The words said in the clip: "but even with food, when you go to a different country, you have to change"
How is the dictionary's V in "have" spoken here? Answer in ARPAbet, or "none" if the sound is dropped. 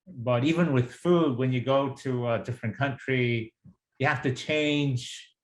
F